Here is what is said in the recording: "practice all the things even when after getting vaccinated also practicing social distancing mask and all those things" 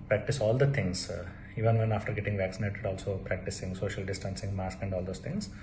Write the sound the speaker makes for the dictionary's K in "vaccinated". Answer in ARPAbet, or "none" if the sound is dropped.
K